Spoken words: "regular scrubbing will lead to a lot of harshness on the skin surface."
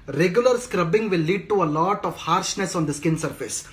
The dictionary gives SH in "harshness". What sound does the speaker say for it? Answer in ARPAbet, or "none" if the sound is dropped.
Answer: SH